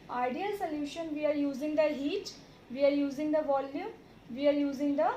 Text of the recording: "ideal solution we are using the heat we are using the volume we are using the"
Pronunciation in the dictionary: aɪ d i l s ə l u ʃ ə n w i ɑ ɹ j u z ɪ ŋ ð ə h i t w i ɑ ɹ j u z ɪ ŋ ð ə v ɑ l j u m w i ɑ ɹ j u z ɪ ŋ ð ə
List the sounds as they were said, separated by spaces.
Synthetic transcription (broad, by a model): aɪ d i l s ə l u ʃ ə n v i ɑ ɹ j u z ɪ ŋ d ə h i t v i ɑ ɹ j u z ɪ ŋ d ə v ɑ l j u m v i ɑ ɹ j u z ɪ ŋ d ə